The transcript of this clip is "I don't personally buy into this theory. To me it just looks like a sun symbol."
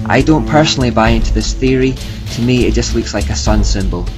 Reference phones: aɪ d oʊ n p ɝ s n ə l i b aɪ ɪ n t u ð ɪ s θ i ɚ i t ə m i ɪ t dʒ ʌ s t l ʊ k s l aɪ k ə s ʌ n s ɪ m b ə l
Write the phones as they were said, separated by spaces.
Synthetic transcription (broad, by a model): aɪ d oʊ n p ɝ s n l i b aɪ ɪ n t u ð ɪ s θ i ɚ i t ə m i ɪ t dʒ ʌ s t l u k s l aɪ k ə s ʌ n s ɪ m b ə l